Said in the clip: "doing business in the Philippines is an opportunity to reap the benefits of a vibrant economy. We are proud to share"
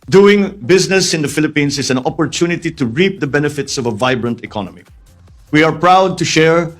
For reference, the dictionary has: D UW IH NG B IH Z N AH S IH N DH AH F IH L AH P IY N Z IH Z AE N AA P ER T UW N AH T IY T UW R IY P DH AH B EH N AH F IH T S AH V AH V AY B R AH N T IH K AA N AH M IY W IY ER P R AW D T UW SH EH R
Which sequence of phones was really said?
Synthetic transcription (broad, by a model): D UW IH NG B IH Z N AH S IH N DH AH F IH L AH P IY N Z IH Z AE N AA P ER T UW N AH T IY T UW R IY P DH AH B EH N AH F IH T S AH V AH V AY B R AH N T IH K AA N AH M IY W IY ER P R AW D T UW SH EH R